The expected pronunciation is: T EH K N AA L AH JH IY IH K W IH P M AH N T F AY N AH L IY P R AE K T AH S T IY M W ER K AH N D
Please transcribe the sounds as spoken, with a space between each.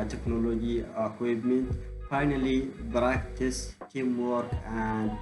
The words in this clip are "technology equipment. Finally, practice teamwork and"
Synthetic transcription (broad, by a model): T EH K N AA L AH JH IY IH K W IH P M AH N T F AY N AH L IY B R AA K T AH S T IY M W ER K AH N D